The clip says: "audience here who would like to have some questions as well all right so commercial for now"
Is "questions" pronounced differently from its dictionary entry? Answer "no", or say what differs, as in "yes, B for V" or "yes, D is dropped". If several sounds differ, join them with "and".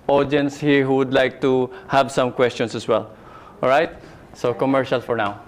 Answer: yes, S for Z